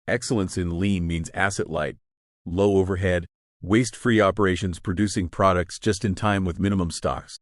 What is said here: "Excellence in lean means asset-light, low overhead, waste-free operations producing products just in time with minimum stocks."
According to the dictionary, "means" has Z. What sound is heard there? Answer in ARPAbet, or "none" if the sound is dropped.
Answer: Z